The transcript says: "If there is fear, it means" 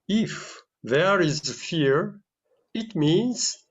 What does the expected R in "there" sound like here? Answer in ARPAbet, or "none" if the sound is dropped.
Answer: R